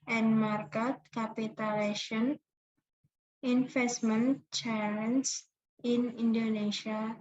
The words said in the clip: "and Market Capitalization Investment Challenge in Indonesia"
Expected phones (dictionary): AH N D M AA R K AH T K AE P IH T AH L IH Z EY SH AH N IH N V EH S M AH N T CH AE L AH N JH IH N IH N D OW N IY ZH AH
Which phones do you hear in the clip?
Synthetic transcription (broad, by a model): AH N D M AA R K AH T K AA P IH T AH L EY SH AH N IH N F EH S M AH N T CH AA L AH N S IH N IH N D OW N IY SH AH